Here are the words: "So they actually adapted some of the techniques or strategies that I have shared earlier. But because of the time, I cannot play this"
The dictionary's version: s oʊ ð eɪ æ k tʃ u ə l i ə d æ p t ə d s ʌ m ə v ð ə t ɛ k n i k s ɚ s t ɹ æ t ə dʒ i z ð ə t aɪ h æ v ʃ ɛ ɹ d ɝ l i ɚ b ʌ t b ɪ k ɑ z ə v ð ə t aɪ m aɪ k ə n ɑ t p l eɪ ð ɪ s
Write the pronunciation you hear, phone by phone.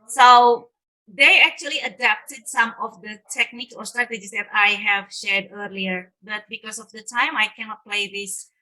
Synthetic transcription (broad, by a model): s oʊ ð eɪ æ k tʃ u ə l i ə d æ p t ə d s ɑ m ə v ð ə t ɛ k n i k s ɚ s t ɹ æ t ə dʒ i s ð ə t aɪ h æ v ʃ ɛ ɹ d ɝ l i ɚ b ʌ t b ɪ k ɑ s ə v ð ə t aɪ m aɪ k ə n ɑ t p l eɪ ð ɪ s